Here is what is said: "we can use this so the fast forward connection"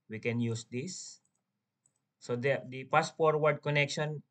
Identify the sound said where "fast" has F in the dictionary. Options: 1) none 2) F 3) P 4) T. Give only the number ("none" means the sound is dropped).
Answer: 3